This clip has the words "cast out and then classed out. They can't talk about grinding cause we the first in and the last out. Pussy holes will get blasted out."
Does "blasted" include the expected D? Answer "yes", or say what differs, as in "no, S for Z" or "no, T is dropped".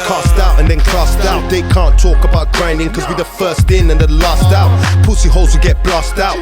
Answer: no, D is dropped